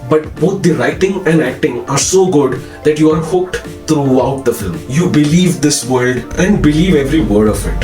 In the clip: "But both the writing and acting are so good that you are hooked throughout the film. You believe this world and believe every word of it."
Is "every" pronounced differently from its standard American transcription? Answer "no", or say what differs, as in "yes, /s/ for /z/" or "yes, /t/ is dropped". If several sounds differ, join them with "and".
no